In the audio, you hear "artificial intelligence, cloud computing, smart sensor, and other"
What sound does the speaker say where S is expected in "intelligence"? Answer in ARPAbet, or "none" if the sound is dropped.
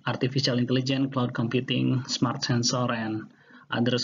none